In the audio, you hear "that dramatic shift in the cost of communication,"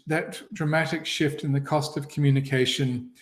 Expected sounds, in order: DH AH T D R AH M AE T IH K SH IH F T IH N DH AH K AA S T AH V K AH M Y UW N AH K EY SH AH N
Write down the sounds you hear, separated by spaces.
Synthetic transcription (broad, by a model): DH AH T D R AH M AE T IH K SH IH F T IH N DH AH K AA S T AH V K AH M Y UW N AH K EY SH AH N